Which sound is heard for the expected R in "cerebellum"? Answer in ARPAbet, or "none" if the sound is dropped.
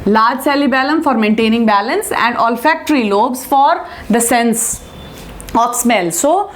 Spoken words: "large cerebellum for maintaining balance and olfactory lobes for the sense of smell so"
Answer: L